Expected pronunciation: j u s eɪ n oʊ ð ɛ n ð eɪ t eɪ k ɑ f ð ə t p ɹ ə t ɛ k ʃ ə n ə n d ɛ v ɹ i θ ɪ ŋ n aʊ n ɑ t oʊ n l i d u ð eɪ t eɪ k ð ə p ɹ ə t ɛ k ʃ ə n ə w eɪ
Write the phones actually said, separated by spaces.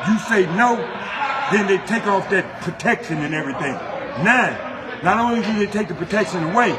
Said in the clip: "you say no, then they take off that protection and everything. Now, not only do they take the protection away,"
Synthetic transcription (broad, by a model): j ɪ s eɪ n oʊ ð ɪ n ð eɪ t eɪ k ɑ f ð ə t p ɹ ə t ɛ k ʃ ə n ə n ɛ v ɹ i θ ɪ ŋ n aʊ n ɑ t oʊ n l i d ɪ ð eɪ t eɪ k ð ə p ɹ ə t ɛ k ʃ ə n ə w eɪ